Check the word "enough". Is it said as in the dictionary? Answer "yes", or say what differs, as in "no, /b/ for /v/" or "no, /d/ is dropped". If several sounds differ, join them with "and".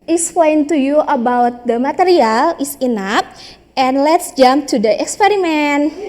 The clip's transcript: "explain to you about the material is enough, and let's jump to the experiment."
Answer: no, /p/ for /f/